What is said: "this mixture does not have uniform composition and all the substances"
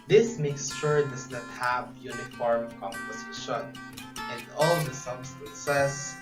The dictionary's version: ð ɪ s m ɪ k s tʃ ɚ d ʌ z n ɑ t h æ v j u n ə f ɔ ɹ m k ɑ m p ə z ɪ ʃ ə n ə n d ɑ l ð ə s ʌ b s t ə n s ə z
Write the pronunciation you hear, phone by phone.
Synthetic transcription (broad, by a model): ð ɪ s m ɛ k s ʃ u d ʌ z n ɑ t h æ v j u n ə f ɔ ɹ m k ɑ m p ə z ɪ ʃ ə n ə n d ɑ l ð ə s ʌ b s t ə n s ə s